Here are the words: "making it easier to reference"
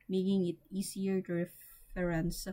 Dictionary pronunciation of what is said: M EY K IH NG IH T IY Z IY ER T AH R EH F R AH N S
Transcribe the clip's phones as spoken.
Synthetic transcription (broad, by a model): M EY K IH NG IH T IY S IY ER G R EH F R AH N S